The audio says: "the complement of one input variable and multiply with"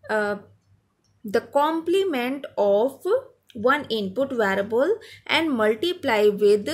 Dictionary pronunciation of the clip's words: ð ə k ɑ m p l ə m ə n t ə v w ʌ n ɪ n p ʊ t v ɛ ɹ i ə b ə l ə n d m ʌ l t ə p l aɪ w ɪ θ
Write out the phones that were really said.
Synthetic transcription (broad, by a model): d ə k ɑ m p l ə m ə n t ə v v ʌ n ɪ n p ʊ t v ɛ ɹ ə b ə l ə n d m ʌ l t ə p l aɪ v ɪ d